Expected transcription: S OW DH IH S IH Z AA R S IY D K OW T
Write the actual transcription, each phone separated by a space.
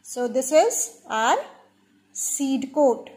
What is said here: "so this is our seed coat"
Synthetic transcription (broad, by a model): S OW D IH S IH Z AA R S IY D K OW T